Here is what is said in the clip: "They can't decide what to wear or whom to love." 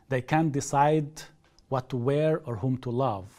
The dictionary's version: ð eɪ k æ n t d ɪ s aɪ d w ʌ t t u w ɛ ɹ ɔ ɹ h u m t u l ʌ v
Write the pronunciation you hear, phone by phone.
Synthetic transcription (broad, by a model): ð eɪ k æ n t d ɪ s aɪ d w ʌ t t u w ɛ ɹ ɔ ɹ h u m t u l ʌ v